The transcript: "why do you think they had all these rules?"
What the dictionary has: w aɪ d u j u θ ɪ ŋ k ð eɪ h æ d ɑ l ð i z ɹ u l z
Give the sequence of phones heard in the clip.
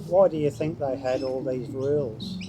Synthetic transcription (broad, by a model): w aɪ d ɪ j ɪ θ ɪ ŋ k ð eɪ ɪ d ɑ l ð i z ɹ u l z